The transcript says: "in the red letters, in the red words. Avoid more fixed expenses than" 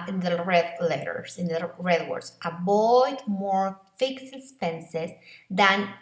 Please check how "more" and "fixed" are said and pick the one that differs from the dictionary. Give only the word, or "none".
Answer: fixed